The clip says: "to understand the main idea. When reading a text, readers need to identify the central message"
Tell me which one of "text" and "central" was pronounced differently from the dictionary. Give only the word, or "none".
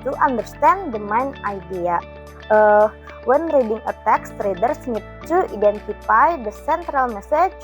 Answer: none